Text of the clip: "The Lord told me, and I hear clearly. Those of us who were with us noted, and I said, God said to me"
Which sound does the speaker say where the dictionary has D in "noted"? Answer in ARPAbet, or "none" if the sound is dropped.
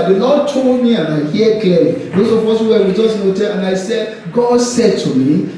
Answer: none